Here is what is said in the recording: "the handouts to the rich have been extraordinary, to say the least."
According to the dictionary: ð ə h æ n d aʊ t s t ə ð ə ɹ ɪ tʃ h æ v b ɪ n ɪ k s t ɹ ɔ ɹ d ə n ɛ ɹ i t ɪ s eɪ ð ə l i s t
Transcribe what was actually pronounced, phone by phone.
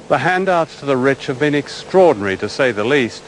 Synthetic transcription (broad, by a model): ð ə h æ n d aʊ t s t ə ð ə ɹ ɪ tʃ h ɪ v b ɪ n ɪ k s t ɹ ɔ ɹ d n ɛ ɹ i t ɪ s eɪ ð ə l i s t